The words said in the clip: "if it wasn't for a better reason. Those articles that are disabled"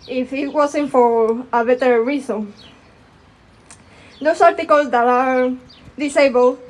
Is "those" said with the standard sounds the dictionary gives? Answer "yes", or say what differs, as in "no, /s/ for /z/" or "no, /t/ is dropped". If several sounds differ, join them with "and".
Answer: no, /s/ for /z/